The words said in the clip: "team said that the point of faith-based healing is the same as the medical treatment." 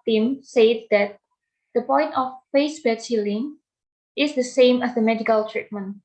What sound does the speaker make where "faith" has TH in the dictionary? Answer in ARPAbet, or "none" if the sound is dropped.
S